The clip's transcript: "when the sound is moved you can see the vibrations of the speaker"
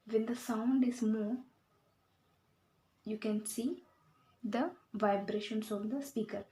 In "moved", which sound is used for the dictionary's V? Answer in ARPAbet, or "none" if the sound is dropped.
none